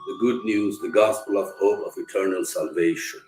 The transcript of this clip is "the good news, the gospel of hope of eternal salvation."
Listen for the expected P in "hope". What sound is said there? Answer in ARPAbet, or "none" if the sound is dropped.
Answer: none